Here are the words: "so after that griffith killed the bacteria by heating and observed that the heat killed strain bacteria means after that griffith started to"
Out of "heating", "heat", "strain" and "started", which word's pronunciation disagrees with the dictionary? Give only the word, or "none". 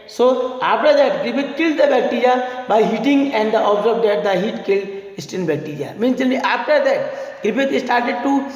strain